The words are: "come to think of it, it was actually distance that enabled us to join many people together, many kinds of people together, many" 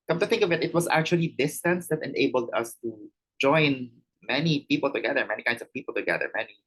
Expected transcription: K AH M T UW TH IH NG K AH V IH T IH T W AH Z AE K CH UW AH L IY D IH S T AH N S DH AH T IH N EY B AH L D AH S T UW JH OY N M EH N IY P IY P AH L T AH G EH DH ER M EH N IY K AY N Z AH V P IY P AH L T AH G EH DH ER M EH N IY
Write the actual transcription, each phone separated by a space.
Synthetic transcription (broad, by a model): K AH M T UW TH IH NG K AH V IH T IH T W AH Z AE K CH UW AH L IY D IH S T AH N S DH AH T IH N EY B AH L D AH S T UW JH OY N M EH N IY P IY P AH L T AH G EH DH ER M EH N IY K AY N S AH V P IY P AH L T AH G EH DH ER M EH N IY